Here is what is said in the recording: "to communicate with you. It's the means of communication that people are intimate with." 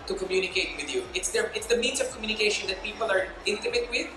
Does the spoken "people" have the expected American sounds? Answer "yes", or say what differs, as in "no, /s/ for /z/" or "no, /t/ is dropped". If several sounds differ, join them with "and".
yes